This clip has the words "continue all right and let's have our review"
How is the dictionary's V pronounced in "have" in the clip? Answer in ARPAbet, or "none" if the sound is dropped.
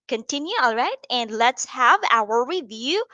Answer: V